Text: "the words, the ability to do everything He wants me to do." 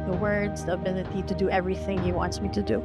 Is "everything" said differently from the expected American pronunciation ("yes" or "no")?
no